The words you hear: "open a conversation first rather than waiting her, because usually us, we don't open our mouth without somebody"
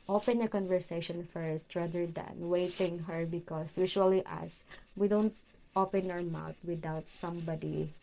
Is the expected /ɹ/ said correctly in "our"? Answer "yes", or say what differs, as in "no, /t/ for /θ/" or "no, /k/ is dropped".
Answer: yes